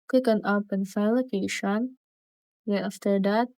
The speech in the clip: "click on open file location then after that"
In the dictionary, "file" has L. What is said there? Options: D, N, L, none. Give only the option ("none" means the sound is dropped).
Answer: N